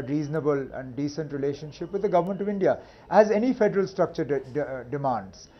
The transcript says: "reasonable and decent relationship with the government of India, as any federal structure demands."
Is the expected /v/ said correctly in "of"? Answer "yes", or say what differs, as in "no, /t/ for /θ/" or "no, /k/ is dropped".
yes